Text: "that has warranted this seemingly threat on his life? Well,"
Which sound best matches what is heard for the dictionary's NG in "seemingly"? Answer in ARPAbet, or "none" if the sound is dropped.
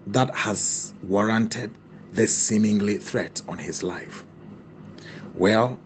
NG